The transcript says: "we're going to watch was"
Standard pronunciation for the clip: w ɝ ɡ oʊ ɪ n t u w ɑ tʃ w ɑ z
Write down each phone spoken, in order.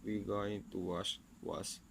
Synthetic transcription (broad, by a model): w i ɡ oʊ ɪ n t u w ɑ ʃ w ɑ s